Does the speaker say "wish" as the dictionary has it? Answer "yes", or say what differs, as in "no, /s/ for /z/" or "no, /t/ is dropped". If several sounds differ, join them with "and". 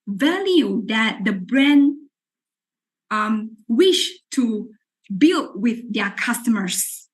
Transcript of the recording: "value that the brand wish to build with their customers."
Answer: yes